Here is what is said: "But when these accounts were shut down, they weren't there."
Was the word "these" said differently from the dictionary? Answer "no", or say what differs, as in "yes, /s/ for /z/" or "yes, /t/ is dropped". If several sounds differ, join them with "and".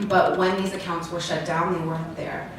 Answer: no